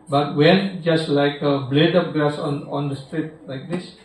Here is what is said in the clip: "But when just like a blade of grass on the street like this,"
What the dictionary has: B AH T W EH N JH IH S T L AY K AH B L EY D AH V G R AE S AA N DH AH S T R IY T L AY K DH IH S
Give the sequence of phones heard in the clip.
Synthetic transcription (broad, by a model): B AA T W EH N JH IH S T L AY K AH B L EY D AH P G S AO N AA N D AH S T R IY T L AY K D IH S